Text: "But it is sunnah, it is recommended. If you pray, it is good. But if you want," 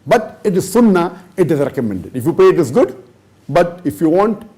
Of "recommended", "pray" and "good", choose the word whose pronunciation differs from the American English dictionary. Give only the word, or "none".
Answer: pray